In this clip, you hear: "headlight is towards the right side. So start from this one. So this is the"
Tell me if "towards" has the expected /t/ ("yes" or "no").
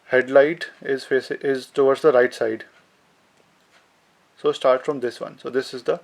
no